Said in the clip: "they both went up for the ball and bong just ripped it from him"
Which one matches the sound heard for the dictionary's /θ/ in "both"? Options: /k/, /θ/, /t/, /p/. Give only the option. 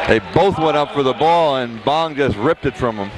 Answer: /θ/